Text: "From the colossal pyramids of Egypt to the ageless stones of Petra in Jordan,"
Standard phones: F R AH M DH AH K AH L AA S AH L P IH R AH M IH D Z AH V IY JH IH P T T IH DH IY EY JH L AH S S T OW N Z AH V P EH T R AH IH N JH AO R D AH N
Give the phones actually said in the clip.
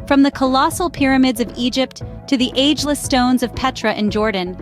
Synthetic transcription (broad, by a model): F R AH M DH AH K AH L AA S L P IH R AH M IH D Z AH V IY JH IH P T T IH DH IY EY JH L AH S S T OW N Z AH V P EH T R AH IH N JH AO R D N